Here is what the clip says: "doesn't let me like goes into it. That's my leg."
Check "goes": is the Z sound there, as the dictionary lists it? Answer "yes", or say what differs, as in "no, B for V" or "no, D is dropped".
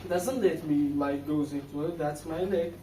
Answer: yes